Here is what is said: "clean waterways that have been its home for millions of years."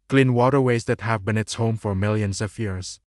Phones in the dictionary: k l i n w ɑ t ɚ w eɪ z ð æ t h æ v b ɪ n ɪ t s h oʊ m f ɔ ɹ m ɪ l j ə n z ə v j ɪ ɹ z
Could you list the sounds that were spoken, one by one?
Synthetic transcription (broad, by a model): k l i n w ɑ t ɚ w eɪ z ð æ t h æ v b ɪ n ɪ t s h oʊ m f ɔ ɹ m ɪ l j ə n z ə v j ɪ ɹ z